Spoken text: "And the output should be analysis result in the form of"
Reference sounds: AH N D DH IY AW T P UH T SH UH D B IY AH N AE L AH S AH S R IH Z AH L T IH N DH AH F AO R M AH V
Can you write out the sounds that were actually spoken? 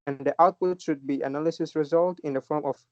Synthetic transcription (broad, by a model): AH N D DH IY AW T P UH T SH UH D B IY AH N AE L AH S AH S R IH Z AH L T IH N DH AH F AO R M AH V